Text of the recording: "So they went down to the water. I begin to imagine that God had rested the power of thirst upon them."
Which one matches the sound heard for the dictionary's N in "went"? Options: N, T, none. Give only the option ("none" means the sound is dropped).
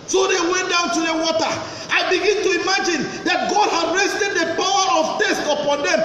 N